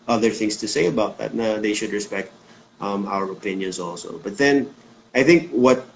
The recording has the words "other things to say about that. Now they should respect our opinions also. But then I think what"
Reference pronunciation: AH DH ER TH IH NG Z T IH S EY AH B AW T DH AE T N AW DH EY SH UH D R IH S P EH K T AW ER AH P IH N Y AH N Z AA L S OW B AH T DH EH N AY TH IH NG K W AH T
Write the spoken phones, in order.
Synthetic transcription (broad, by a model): AH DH ER TH IH NG S T IH S EY AH B AW T DH AE T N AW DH EY SH UH D R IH S P EH K T AW ER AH P IH N Y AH N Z AA L S OW B AH T DH EH N AY TH IH NG K W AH T